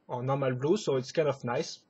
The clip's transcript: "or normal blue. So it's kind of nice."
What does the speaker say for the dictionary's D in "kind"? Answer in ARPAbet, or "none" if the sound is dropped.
none